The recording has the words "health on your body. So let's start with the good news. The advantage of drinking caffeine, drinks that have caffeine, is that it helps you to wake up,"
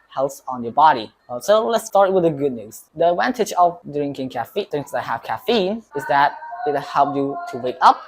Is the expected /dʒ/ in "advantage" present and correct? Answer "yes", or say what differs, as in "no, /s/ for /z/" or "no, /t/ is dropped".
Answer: no, /tʃ/ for /dʒ/